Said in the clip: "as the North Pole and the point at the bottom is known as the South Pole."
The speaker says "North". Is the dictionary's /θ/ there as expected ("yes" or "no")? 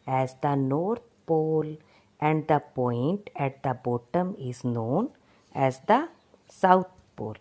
no